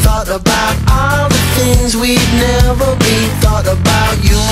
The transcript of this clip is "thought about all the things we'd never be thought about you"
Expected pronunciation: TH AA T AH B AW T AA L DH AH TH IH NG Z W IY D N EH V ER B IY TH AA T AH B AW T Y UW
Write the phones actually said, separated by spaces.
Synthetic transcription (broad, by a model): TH AA T AH B AW T AA L DH AH TH IH NG Z W IY D N EH V ER B IY TH AA T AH B AW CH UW